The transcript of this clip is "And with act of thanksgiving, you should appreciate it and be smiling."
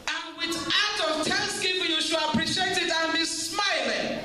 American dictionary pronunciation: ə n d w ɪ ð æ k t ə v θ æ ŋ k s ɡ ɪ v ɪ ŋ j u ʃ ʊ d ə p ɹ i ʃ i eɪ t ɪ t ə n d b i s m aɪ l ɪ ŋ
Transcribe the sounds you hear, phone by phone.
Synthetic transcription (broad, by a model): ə n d w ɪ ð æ t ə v t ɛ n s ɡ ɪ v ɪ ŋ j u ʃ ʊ ə p ɹ i ʃ i eɪ t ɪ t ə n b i s m aɪ l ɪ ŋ